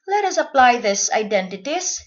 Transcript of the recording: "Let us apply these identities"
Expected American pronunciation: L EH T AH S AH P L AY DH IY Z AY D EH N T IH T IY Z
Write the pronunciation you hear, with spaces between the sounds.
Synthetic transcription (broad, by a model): L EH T AH S AH P L AY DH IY S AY D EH N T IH T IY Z